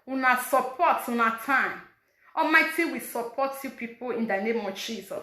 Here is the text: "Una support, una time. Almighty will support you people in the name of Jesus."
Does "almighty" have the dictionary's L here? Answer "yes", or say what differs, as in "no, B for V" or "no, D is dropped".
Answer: no, L is dropped